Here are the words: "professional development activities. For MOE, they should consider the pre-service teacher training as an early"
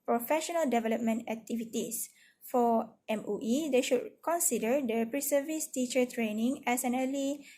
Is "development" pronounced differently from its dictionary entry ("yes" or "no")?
no